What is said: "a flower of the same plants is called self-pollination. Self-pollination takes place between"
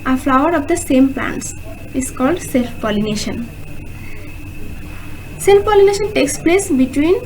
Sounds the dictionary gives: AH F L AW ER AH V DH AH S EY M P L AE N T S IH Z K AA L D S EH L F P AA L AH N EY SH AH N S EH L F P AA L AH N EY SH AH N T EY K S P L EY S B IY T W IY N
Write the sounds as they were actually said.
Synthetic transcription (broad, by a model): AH F L AW ER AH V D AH S EY M P L AE N T S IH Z K AA L D S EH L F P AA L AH N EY SH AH N S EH L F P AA L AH N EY SH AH N T EY K S P L EY S B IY T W IY N